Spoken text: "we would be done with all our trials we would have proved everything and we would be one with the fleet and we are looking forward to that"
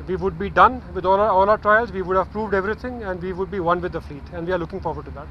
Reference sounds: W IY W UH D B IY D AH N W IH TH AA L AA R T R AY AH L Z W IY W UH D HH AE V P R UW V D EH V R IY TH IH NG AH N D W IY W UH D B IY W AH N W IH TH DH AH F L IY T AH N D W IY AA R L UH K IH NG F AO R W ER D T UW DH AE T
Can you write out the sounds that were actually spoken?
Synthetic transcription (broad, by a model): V IY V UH D B IY D AH N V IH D AA L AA L T R AY AH L Z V IY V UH D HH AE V P R UW V D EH V R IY T IH NG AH N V IY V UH D B IY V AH N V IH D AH F L IY T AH N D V IY AA R L UH K IH NG F AO R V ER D T UW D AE T